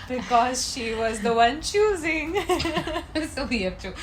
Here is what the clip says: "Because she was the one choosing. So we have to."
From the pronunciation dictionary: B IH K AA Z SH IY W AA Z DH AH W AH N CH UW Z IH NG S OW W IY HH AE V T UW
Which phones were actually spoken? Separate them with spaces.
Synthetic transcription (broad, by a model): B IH K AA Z SH IY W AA Z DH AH W AH N CH UW Z IH NG S OW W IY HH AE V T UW